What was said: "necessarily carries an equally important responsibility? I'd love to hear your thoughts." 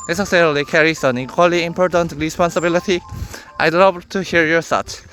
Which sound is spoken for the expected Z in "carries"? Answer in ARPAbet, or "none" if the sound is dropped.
S